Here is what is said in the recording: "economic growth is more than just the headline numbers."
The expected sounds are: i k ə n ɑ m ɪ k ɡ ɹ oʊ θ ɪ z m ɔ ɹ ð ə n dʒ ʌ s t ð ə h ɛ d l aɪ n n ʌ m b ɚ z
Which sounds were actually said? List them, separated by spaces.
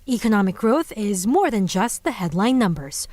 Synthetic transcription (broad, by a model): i k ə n ɑ m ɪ k ɡ ɹ oʊ θ ɪ z m ɔ ɹ ð ə n dʒ ʌ s t ð ə h ɛ d l aɪ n n ʌ m b ɚ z